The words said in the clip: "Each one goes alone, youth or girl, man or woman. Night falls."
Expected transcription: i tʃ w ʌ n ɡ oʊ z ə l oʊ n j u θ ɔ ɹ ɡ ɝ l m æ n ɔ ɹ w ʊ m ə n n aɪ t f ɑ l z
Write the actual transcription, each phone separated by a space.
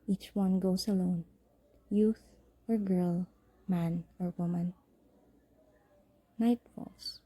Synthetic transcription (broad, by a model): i tʃ w ʌ n ɡ oʊ s ə l oʊ n j u θ ɔ ɹ ɡ ɝ l m æ n ɔ ɹ w ʊ m ə n n aɪ t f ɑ l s